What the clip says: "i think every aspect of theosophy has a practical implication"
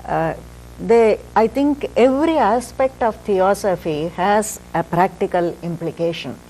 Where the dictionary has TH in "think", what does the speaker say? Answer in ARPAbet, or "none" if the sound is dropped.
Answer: T